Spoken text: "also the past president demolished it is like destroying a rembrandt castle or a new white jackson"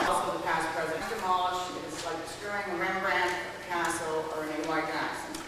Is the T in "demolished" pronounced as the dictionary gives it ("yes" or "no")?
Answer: no